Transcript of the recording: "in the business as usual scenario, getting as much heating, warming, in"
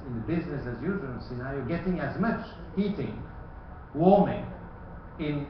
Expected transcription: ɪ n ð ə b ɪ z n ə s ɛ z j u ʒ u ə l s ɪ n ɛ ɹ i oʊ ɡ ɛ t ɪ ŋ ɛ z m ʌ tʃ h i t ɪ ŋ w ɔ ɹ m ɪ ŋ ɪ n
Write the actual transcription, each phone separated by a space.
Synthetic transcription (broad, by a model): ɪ n ð ə b ɪ z n ə s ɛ z j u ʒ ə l s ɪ n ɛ ɹ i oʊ ɡ ɛ t ɪ ŋ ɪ z m ʌ tʃ i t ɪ ŋ w ɔ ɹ m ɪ ŋ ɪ n